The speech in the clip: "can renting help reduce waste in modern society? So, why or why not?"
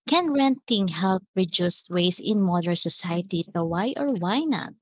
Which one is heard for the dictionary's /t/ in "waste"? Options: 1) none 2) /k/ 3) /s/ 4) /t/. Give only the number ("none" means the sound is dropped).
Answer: 1